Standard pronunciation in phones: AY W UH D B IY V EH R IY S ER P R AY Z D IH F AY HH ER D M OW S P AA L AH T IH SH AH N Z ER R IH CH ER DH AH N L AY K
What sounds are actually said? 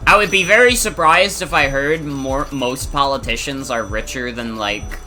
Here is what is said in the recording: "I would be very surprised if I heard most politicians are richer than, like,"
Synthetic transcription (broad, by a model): AY W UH D B IY V EH R IY S ER P R AY Z D IH F AY HH ER D M OW S P AA L AH T IH SH AH N Z ER R IH CH ER DH AH N L AY K